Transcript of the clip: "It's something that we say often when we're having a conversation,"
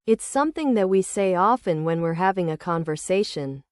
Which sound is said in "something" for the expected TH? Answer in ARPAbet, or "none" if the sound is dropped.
TH